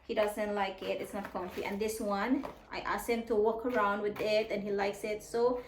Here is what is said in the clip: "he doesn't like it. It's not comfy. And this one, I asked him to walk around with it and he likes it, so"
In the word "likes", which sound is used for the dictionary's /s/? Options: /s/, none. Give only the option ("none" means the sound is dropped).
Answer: /s/